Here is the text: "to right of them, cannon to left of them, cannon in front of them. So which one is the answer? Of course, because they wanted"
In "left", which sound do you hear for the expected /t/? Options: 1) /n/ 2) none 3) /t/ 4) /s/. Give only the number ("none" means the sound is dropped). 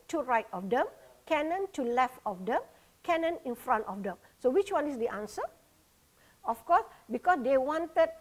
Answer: 3